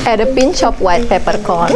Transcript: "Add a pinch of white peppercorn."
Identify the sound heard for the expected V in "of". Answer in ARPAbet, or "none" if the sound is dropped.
P